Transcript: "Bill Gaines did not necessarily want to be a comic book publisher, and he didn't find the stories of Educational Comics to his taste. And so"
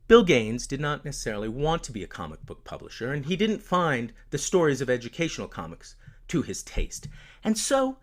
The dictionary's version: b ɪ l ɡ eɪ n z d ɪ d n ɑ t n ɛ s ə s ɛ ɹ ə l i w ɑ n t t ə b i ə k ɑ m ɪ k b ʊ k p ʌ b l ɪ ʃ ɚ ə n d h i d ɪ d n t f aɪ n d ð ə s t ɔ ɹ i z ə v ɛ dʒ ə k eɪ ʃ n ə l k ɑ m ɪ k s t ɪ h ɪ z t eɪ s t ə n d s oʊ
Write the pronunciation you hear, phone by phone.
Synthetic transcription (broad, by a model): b ɪ l ɡ eɪ n z d ɪ d n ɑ t n ɛ s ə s ɛ ɹ l i w ɑ n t t ə b i ə k ɑ m ɪ k b ʊ k p ʌ b l ɪ ʃ ɚ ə n i d ɪ d n t f aɪ n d ð ə s t ɔ ɹ i z ə v ɛ dʒ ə k eɪ ʃ n l k ɑ m ɪ k s t ɪ ɪ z t eɪ s t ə n s oʊ